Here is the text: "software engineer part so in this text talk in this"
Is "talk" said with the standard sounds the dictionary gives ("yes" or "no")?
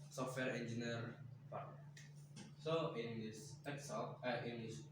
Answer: no